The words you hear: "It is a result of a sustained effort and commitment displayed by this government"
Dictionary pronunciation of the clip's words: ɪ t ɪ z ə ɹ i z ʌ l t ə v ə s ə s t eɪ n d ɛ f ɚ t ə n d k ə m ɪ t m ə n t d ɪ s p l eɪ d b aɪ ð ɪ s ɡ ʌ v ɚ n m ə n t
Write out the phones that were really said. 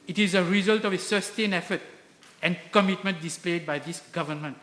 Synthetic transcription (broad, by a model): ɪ t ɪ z ə ɹ i z ʌ l t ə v ə s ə s t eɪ n ɛ f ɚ t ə n k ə m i t m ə n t d ɪ s p l eɪ d b aɪ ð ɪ s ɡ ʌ v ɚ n m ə n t